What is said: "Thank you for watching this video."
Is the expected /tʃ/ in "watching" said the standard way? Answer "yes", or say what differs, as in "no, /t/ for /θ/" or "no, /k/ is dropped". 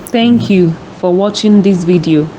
yes